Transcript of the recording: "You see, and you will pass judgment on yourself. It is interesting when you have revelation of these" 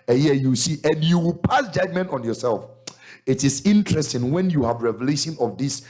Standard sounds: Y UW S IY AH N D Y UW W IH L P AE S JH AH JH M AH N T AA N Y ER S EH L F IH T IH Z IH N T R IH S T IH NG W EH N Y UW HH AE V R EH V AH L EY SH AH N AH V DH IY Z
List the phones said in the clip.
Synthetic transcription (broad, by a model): Y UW S IY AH N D Y UW W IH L P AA S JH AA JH M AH N T AA N Y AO S EH L F IH T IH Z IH N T R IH S T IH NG W EH N Y UW HH AE V R EH V AH L EY SH AH N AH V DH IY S